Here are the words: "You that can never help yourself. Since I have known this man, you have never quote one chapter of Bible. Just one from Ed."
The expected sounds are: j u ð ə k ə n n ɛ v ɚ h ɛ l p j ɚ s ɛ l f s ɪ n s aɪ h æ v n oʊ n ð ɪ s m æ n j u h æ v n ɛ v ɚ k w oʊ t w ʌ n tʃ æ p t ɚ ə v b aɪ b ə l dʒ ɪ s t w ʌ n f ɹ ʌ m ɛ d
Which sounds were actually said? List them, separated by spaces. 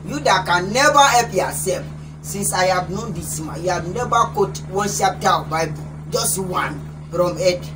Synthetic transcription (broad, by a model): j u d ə k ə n n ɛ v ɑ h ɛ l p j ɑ s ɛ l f s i n s aɪ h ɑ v n oʊ n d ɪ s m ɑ j u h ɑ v n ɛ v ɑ k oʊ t w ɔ n ʃ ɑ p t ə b aɪ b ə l dʒ ɪ s t w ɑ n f ɹ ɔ m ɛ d